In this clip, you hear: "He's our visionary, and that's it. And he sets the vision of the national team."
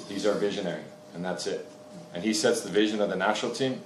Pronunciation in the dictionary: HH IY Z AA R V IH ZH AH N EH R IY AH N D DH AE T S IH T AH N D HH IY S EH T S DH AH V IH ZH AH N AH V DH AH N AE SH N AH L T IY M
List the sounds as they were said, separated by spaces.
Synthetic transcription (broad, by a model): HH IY Z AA R V IH ZH AH N EH R IY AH N DH AE T S IH T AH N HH IY S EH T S DH AH V IH ZH AH N AH V DH AH N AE SH N L T IY M